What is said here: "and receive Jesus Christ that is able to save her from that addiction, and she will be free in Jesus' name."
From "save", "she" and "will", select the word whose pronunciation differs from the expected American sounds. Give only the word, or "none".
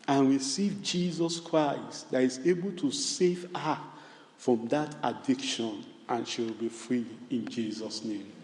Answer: none